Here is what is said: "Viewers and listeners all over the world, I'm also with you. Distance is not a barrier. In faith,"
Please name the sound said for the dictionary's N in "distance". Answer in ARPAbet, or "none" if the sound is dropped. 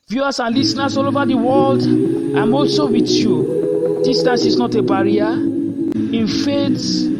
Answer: none